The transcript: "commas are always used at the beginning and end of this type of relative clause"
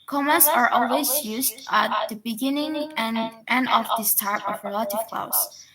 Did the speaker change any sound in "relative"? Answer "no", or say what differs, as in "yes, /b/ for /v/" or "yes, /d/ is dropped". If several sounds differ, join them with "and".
no